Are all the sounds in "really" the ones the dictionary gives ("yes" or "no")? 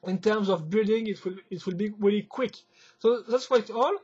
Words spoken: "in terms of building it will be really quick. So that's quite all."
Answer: yes